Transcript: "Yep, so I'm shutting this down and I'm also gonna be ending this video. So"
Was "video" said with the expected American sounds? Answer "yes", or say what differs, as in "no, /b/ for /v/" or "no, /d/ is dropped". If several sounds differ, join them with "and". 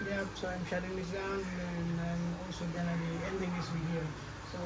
no, /w/ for /v/